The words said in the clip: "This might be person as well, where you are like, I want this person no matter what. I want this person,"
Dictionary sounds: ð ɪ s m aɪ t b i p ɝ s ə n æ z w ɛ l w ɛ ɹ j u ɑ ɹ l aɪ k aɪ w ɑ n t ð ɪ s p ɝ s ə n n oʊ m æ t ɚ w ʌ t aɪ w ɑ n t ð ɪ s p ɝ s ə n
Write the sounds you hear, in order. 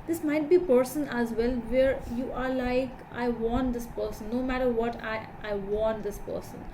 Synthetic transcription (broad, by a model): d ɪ s m aɪ t b i p ɝ s ə n æ z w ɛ l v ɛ ɹ j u ɑ ɹ l aɪ k aɪ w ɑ n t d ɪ s p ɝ s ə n n oʊ m æ t ɚ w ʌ t aɪ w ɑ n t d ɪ s p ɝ s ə n